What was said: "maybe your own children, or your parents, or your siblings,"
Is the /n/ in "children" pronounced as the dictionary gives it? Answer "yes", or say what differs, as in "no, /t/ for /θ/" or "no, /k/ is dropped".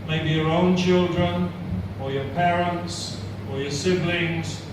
yes